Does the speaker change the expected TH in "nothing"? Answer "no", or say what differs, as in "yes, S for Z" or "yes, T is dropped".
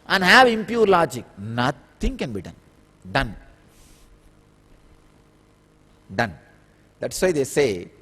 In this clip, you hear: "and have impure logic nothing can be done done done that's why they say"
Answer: yes, T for TH